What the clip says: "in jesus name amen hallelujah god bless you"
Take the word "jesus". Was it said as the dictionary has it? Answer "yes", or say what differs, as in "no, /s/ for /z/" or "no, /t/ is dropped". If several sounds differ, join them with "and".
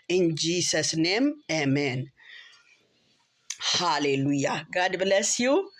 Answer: no, /s/ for /z/